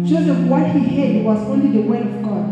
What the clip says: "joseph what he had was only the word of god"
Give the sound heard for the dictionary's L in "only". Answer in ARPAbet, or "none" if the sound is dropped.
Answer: L